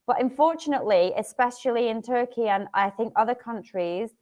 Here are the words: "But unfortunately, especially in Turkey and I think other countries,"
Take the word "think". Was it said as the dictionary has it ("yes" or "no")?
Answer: yes